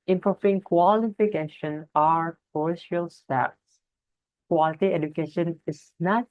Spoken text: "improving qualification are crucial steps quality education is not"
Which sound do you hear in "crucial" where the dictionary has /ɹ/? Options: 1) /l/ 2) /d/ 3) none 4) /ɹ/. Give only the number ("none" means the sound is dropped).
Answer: 3